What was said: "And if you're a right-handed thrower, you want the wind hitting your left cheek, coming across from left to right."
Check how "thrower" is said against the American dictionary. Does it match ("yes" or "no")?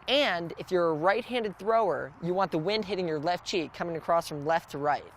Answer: yes